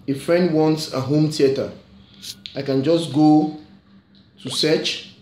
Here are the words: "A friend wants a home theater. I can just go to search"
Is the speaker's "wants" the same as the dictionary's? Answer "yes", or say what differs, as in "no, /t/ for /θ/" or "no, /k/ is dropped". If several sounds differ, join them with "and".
yes